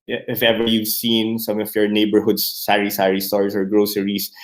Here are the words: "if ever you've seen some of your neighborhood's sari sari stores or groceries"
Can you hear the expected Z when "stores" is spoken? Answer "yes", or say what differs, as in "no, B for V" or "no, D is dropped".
no, S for Z